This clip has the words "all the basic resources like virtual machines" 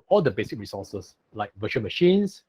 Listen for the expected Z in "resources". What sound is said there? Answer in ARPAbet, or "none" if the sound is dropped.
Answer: S